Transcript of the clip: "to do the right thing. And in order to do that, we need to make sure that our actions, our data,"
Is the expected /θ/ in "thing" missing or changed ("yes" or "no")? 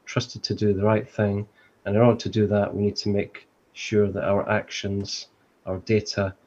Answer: no